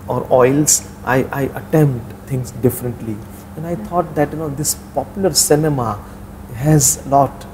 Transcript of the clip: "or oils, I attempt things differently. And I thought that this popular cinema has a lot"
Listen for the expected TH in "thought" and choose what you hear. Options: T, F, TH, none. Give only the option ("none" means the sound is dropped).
T